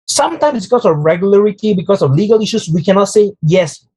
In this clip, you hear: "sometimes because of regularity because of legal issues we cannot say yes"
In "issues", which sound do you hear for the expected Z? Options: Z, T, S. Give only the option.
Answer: S